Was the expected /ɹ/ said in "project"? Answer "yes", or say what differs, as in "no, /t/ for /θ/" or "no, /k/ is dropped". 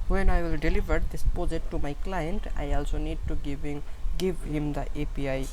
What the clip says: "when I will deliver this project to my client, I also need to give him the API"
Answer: no, /ɹ/ is dropped